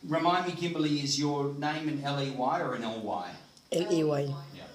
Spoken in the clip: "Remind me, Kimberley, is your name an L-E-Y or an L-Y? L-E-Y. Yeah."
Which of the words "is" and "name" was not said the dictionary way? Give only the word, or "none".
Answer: none